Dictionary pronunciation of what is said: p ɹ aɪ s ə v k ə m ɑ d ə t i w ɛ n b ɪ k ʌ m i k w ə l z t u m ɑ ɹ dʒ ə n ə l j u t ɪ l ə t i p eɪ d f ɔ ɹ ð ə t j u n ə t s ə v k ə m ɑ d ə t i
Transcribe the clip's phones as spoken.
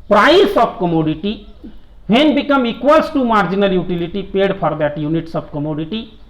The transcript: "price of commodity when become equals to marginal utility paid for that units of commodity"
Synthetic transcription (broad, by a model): p ɹ aɪ s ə b k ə m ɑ d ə t i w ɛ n b ɪ k ʌ m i k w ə l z t u m ɑ ɹ dʒ ə n ə l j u t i l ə t i p eɪ d p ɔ ɹ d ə t j u n ə t s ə b k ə m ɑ d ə t i